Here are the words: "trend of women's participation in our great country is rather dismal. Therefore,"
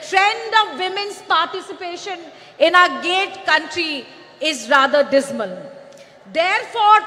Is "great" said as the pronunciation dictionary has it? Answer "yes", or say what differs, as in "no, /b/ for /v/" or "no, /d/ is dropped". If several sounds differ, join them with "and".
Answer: no, /ɹ/ is dropped